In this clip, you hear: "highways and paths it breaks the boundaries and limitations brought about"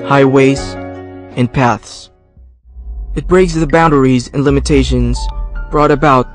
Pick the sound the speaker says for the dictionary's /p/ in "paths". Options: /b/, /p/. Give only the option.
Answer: /p/